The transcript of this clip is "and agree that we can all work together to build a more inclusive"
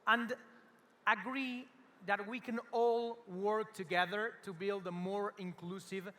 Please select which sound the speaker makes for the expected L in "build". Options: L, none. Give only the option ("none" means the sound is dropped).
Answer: L